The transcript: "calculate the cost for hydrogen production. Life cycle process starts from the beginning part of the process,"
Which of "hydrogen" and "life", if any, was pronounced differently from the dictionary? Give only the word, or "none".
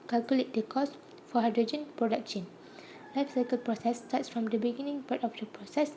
none